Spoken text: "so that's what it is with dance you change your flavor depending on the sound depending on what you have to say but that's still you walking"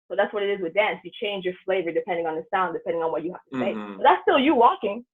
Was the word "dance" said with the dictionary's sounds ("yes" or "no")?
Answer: yes